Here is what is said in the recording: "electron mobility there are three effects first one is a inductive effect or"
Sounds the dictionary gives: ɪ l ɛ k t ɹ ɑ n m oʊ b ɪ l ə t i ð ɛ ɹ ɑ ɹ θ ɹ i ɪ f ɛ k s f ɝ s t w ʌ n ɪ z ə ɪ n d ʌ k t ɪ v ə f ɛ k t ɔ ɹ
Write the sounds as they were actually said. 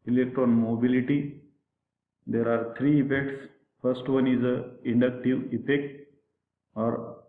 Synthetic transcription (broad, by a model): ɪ l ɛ k t ɹ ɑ n m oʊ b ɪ l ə t i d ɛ ɹ ɑ ɹ t ɹ i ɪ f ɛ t s f ɝ s t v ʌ n ɪ z ə ɪ n d ʌ k t ɪ v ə p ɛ k ɔ ɹ